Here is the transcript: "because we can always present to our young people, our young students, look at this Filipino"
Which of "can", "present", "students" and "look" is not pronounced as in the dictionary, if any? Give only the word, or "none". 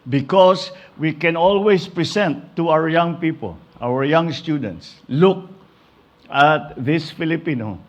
present